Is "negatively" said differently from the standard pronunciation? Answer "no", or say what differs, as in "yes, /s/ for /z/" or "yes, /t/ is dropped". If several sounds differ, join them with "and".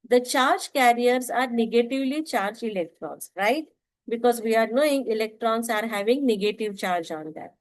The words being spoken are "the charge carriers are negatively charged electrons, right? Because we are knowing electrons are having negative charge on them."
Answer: no